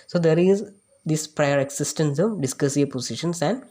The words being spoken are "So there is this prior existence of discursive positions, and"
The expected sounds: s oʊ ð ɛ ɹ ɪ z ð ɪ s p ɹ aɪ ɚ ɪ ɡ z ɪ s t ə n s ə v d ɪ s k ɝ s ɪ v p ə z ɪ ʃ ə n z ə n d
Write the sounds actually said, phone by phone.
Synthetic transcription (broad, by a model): s oʊ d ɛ ɹ ɪ z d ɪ s p ɹ aɪ ɚ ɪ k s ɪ s t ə n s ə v d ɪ s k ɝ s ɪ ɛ p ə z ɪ ʃ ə n s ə n d